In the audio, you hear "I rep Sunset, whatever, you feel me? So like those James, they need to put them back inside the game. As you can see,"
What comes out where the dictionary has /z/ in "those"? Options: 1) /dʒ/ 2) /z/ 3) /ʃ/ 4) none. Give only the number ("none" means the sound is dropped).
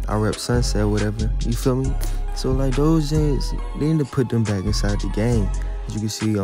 2